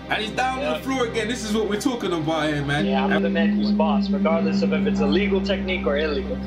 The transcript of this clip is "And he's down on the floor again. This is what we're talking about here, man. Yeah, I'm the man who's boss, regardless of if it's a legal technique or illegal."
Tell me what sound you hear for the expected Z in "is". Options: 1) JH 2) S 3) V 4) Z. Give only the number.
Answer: 4